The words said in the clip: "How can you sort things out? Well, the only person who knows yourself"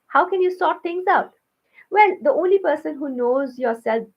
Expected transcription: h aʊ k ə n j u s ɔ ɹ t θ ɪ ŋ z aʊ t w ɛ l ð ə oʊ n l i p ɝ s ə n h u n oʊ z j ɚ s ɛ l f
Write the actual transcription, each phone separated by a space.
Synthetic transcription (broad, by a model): h aʊ k ə n j u s ɔ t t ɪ ŋ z aʊ t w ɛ l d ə oʊ n l i p ɝ s ə n h u n oʊ z j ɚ s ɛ l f